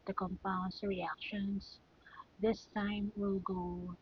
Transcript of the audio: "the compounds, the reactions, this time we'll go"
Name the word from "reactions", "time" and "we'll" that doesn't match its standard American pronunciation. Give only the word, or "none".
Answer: reactions